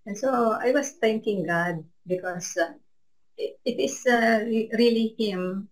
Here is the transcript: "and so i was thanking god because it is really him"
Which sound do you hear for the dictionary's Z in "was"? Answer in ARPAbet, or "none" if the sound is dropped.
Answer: S